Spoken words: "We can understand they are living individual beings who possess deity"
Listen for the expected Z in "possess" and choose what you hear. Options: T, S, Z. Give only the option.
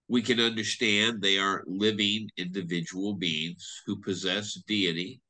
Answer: Z